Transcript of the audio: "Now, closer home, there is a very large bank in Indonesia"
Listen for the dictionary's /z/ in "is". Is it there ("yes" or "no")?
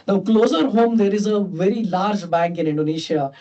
yes